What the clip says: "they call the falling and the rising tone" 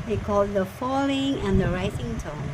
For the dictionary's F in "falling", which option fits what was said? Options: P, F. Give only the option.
F